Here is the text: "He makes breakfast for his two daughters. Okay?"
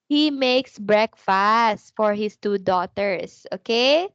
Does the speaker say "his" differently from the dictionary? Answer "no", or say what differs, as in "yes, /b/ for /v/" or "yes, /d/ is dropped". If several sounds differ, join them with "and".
yes, /s/ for /z/